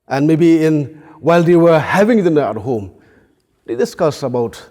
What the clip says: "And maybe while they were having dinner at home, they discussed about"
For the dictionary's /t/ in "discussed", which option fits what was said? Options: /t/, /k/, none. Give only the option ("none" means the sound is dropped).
none